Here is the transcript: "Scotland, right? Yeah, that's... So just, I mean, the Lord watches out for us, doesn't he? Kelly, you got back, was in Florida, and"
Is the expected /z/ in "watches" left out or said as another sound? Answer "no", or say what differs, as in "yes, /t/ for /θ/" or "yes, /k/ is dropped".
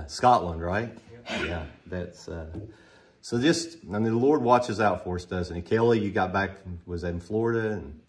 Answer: no